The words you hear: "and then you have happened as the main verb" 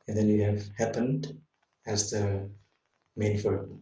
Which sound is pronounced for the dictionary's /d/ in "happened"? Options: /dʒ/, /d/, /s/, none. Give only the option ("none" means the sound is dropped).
/d/